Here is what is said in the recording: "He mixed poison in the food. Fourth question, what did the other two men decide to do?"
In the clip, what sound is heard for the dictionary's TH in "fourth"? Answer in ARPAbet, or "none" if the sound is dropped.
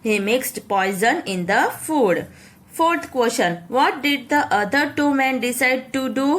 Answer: T